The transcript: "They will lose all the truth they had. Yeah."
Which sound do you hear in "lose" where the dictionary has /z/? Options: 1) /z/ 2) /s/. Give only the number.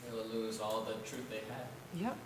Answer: 1